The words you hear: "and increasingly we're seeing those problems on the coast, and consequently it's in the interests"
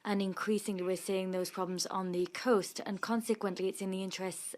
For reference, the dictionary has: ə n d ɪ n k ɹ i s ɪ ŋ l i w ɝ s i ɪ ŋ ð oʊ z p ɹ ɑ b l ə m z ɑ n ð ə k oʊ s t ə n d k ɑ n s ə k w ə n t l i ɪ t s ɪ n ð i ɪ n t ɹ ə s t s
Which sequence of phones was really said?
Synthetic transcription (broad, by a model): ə n ɪ n k ɹ i s ɪ ŋ l i w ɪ s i ɪ ŋ ð oʊ z p ɹ ɑ b l ə m z n ð ə k oʊ s t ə n k ɑ n s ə k w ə n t l i ɪ t s ɪ n ð i ɪ n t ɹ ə s t s